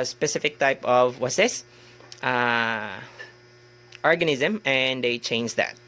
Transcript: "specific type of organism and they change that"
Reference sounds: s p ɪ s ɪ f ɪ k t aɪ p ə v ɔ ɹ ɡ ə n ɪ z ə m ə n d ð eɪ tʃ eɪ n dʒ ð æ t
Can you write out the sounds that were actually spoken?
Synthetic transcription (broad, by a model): s p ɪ s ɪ f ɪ k t aɪ p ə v ɔ ɹ ɡ ə n ɪ z ə m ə n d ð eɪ tʃ eɪ n dʒ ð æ t